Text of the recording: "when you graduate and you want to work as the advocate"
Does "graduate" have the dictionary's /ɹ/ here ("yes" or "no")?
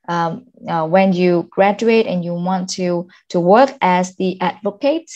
yes